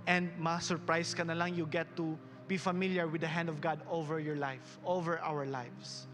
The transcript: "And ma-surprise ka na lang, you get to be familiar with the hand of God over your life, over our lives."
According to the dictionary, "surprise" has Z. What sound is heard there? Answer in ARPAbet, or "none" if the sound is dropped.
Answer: S